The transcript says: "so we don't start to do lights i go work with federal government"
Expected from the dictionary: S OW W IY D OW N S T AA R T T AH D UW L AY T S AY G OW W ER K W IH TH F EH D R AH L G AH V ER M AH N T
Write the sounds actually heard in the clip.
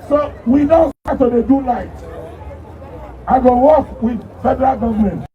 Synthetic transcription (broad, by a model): S OW W IY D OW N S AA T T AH D UW L AY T AY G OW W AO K W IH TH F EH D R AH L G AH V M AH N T